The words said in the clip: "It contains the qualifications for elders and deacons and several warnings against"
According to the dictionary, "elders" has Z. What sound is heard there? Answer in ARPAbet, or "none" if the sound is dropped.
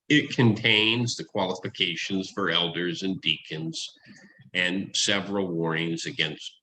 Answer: Z